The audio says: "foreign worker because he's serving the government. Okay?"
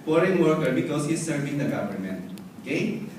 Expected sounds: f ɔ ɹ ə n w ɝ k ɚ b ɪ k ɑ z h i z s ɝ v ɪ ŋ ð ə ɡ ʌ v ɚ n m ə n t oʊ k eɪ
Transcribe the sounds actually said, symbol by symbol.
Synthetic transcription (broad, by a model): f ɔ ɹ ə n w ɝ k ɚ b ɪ k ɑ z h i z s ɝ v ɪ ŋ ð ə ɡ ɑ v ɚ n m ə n oʊ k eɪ